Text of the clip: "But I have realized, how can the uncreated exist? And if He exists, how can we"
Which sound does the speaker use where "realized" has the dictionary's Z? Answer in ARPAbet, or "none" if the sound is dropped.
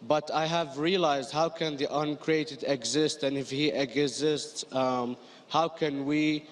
Z